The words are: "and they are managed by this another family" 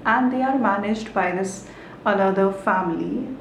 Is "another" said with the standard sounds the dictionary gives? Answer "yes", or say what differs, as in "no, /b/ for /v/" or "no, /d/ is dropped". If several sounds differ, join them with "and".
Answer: no, /l/ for /n/